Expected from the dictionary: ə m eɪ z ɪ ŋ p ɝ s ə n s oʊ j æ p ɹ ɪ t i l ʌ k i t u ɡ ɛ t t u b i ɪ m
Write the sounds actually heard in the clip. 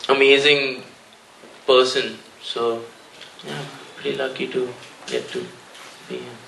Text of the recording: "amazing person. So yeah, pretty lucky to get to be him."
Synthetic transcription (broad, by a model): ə m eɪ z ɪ ŋ p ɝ s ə n s oʊ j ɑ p ɛ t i l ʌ k i t u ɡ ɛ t t u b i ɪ